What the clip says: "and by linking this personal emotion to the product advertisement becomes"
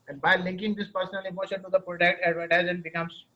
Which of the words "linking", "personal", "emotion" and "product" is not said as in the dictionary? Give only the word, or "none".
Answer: none